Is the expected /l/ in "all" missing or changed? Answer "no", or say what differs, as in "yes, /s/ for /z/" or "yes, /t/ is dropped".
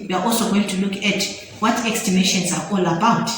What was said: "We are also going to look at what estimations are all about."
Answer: no